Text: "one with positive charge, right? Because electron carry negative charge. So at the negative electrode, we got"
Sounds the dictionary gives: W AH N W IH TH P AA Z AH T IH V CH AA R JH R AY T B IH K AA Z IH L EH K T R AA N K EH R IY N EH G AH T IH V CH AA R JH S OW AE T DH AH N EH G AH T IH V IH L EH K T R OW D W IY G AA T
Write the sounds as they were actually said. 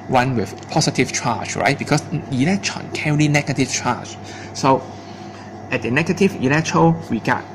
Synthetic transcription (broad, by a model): W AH N W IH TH P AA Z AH T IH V CH AA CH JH R AY T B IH K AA S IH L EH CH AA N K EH L IY N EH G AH T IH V CH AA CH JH S OW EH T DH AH N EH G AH T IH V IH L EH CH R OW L W IY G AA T